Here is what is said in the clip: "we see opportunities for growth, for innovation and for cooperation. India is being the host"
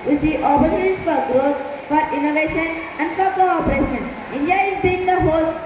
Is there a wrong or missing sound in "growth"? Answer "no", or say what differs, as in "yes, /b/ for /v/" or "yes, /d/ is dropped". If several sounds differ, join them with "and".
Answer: yes, /t/ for /θ/